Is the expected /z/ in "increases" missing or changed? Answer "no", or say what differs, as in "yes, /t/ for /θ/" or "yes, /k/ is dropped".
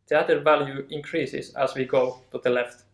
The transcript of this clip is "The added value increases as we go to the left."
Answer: yes, /s/ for /z/